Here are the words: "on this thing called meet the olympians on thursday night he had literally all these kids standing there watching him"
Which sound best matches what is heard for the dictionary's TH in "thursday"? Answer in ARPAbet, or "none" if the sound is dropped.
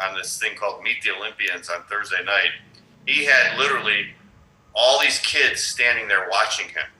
TH